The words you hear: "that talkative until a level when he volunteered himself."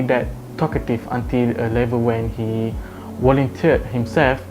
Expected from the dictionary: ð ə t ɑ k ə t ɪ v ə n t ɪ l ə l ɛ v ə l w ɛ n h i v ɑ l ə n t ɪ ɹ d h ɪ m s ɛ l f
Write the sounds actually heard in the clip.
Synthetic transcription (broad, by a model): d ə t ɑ k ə t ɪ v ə n t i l ə l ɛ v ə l w ɛ n h i w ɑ l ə n t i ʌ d h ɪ m s ɛ l f